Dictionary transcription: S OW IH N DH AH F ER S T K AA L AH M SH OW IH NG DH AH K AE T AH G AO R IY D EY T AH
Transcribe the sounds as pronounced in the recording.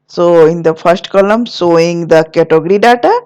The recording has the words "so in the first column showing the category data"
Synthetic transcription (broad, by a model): S OW IH N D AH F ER S T K AA L AH M S OW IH NG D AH K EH T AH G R IY D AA T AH